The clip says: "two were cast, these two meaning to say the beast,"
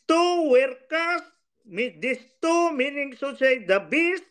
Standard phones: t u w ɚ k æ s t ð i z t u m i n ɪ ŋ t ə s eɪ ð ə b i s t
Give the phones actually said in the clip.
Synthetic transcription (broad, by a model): t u w ɚ k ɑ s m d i s t u m i n ɪ ŋ s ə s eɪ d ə b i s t